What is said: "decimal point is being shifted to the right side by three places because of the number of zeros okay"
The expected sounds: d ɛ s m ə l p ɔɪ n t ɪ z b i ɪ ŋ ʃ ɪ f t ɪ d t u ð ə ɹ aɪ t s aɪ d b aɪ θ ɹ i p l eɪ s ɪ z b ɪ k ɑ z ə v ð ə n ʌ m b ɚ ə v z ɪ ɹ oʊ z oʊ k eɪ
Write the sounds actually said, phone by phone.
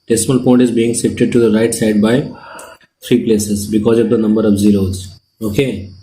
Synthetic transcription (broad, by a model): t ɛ s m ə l p ɔɪ n t ɪ z b i ɪ ŋ s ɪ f t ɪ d t u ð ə ɹ aɪ t s aɪ d b aɪ t ɹ i p l eɪ s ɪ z b ɪ k ɑ z ə v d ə n ʌ m b ɚ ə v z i ɹ oʊ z oʊ k eɪ